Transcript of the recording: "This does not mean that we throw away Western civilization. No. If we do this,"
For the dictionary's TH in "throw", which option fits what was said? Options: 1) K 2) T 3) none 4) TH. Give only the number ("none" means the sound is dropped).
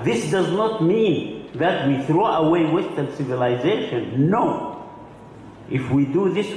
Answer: 4